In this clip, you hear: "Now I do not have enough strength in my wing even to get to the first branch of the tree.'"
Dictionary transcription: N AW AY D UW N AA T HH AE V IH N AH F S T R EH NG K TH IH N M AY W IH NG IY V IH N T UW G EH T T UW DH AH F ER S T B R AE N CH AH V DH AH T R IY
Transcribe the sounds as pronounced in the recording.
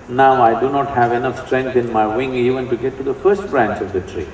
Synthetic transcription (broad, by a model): N AW AY D UW N AA T HH AE V IH N AH F S T R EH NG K T IH N M AY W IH NG IY V IH N T UW G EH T T UW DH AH F ER S T B R AE N CH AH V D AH T R IY